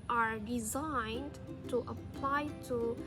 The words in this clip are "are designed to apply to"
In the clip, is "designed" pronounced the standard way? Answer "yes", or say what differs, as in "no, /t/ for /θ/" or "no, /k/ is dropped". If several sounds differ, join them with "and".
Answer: yes